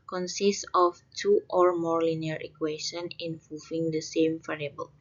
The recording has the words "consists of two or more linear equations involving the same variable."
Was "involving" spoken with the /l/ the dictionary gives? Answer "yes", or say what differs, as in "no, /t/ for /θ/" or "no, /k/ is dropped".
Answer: no, /l/ is dropped